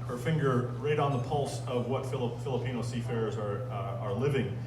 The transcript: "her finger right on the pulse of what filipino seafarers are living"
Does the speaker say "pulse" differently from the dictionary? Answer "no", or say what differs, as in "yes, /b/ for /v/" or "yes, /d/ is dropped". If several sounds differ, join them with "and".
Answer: no